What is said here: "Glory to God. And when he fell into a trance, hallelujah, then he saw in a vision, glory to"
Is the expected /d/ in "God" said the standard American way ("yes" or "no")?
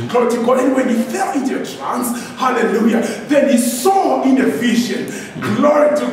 no